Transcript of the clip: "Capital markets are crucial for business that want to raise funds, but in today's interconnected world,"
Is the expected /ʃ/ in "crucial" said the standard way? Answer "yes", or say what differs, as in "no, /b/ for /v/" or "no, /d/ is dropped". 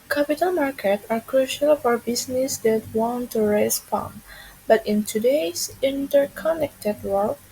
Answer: yes